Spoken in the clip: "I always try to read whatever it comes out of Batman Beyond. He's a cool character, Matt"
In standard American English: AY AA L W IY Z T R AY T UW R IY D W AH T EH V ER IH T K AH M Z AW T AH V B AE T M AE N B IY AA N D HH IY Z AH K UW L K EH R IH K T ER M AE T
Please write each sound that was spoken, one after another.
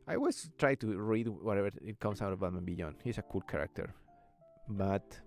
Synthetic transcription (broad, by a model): AY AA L W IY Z T R AY T UW R IY D W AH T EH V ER IH T K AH M S AW T AH V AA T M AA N B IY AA N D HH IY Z AH K UW L K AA R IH K T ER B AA T